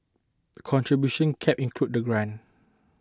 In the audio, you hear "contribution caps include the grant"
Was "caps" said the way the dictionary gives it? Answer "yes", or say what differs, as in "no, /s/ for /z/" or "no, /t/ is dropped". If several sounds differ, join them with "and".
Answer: no, /s/ is dropped